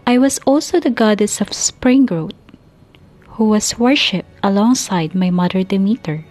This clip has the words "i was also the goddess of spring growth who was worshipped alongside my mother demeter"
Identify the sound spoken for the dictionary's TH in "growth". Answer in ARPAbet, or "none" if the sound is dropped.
T